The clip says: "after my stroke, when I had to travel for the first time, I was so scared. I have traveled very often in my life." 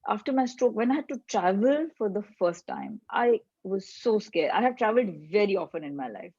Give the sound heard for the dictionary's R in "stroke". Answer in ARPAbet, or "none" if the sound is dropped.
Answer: R